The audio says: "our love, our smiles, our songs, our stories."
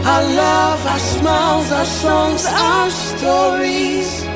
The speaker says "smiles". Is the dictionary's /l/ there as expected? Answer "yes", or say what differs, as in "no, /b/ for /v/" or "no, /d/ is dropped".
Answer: no, /l/ is dropped